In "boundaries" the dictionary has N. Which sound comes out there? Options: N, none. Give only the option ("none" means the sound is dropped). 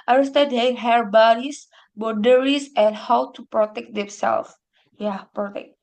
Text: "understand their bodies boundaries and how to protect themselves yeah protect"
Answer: none